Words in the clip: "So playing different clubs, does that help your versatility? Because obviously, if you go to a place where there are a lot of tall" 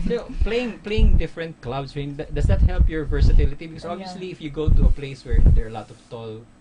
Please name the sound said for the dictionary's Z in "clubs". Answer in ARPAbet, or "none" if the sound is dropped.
S